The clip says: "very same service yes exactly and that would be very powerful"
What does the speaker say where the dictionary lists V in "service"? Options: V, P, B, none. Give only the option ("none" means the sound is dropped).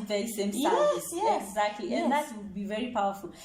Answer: none